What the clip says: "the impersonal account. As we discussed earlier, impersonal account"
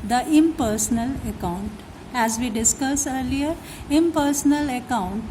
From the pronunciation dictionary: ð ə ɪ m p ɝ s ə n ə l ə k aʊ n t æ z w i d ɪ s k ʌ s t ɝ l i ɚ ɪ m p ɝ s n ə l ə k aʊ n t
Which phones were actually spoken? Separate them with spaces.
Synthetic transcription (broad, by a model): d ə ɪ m p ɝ s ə n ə l ə k aʊ n t æ z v i d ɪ s k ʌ s ɝ l i ɚ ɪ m p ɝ s n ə l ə k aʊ n t